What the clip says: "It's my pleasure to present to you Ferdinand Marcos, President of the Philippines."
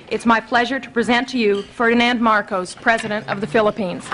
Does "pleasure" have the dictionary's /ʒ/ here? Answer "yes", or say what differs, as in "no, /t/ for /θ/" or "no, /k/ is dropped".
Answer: yes